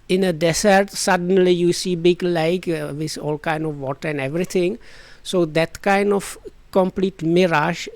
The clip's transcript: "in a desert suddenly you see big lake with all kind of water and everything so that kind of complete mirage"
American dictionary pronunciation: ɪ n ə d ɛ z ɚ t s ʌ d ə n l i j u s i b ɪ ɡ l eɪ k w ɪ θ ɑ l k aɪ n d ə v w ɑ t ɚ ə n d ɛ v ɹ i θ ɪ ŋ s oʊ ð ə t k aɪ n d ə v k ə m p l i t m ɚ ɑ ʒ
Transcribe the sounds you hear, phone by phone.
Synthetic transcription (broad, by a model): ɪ n ə d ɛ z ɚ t s ʌ d ə n l i j u s i b ɪ ɡ l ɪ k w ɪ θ ɑ l k aɪ n d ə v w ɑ t ɚ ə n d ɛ v ɹ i t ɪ ŋ s oʊ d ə t k aɪ n d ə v k ə m p l i t m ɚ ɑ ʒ